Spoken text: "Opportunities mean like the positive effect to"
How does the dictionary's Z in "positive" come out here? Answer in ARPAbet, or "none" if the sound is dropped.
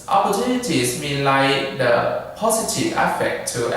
S